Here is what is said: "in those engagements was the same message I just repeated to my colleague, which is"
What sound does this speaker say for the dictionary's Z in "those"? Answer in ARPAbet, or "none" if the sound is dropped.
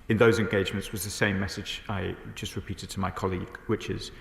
Z